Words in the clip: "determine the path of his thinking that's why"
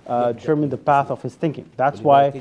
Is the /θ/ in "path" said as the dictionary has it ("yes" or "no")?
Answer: yes